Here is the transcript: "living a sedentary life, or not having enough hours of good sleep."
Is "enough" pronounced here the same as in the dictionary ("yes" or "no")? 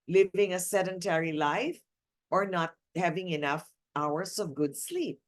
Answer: yes